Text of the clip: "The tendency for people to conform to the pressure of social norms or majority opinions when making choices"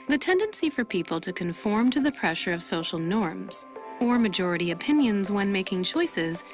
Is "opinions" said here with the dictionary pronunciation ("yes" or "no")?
yes